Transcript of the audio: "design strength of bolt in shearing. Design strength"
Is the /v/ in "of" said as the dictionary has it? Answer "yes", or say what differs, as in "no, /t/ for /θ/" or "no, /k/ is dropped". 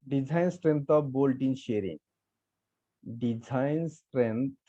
no, /b/ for /v/